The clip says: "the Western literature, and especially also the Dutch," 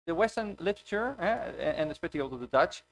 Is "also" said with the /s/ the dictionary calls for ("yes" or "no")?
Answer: no